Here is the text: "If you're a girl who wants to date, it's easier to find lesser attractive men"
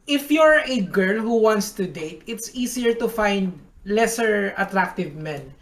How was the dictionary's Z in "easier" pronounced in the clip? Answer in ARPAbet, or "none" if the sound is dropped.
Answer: S